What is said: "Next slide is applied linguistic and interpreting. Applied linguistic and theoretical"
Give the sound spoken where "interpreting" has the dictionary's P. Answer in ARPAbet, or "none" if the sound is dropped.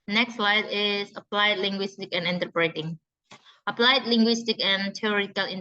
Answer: B